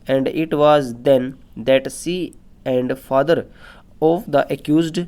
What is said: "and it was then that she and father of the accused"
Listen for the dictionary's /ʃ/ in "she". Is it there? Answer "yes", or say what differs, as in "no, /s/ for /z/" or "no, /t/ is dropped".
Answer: no, /s/ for /ʃ/